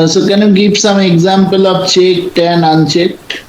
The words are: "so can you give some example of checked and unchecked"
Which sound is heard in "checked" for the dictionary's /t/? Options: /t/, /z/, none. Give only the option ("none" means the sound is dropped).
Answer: /t/